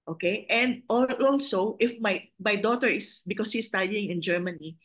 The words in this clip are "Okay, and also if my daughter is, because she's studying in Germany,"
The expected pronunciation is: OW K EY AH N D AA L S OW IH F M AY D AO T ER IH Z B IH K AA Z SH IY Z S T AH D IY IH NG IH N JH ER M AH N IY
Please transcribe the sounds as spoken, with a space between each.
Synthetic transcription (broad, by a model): OW K EY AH N D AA L S OW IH F M AY D AO T ER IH S B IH K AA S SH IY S T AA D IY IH NG IH N JH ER M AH N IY